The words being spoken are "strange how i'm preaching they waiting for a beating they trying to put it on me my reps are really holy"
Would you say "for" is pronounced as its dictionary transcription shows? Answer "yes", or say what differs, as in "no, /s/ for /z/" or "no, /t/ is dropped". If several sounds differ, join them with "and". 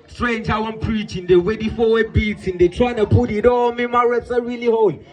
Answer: no, /w/ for /ɹ/